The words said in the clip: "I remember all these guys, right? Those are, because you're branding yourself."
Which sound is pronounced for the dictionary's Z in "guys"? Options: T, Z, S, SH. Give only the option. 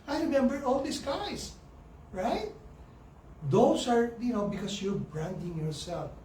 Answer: S